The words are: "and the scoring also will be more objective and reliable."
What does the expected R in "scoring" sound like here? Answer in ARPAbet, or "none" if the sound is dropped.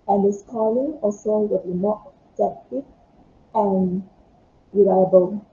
L